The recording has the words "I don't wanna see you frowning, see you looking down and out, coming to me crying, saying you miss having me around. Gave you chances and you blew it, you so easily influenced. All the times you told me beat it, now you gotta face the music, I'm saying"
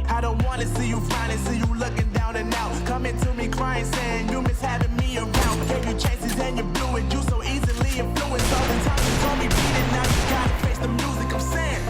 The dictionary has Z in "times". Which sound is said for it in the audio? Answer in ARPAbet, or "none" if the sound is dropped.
none